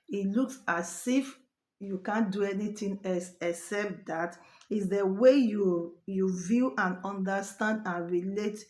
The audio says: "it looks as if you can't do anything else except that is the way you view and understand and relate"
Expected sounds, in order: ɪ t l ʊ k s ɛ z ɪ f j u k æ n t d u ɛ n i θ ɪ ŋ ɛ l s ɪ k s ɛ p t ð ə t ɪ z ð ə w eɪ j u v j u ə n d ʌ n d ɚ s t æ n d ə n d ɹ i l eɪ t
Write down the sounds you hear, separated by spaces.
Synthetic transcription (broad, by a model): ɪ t l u k s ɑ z ɪ f j u k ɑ n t d u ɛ n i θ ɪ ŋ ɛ s ɪ k s ɛ p t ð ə t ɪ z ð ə w eɪ j u v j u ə n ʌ n d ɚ s t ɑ n d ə n ɹ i l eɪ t